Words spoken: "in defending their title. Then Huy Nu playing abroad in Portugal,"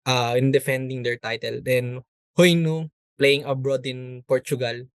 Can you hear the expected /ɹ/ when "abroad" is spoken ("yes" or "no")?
yes